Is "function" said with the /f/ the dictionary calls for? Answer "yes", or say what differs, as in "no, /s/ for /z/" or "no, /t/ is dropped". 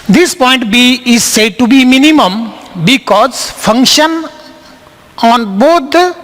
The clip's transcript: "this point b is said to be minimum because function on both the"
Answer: yes